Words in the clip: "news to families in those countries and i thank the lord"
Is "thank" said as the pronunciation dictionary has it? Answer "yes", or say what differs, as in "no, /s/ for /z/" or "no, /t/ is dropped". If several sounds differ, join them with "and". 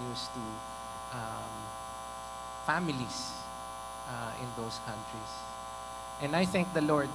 yes